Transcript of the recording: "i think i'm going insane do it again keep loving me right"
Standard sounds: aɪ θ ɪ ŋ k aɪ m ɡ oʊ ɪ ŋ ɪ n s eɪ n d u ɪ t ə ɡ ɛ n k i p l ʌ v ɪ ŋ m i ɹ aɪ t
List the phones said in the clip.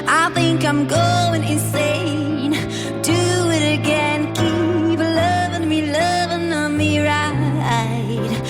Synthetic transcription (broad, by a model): aɪ θ ɪ ŋ k aɪ m ɡ oʊ ɪ ŋ ɪ n s eɪ n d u ɪ t ə ɡ ɛ n k i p l ʌ v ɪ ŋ m i ɹ aɪ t